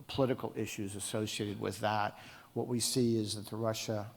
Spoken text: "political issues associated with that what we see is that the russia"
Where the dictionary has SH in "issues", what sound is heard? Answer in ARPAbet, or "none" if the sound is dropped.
SH